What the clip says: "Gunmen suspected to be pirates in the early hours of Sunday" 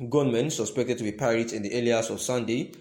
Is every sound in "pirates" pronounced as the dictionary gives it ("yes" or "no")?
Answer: no